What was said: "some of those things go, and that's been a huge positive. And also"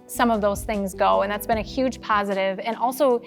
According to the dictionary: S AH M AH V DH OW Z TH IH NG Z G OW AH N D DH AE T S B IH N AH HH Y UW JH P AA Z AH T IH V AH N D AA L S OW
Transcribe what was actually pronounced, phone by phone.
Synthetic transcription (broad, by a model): S AH M AH V DH OW Z TH IH NG Z G OW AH N DH AE T S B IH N AH HH Y UW JH P AA Z AH T IH V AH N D AA L S OW